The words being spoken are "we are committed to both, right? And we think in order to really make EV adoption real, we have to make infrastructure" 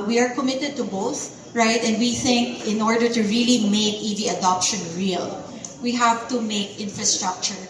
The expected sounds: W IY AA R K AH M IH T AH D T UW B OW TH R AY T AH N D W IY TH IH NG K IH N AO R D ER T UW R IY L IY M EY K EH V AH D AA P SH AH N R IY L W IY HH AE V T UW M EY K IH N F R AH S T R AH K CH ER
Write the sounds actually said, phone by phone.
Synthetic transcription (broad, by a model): W IY AA R K AH M IH T AH D T UW B OW TH R AY T AH N D W IY TH IH NG K IH N AO R D ER T UW R IY L IY M EY K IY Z AH D AA P SH AH N R IY L W IY HH AE V T UW M EY K IH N F R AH S T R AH K CH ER